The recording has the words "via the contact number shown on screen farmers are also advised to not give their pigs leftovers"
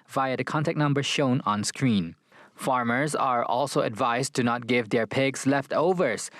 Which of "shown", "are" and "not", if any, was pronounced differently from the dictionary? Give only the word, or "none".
none